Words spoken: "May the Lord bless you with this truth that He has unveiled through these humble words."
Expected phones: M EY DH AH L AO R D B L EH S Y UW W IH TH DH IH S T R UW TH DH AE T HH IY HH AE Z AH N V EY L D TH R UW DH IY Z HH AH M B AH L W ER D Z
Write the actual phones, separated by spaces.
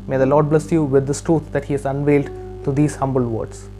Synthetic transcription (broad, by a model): M EY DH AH L AO D B L EH S Y UW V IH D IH S T R UW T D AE T HH IY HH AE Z AH N V EY L D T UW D IY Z HH AH M B AH L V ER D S